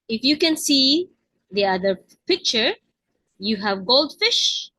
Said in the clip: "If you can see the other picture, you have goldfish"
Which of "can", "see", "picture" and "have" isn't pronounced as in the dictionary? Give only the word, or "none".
none